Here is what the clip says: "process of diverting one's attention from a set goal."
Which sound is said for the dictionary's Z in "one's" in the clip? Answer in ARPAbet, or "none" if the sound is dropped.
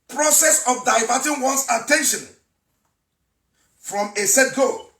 S